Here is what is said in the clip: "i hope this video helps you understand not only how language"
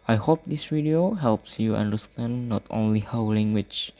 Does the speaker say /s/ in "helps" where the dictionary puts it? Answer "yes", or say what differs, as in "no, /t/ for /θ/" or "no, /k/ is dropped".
yes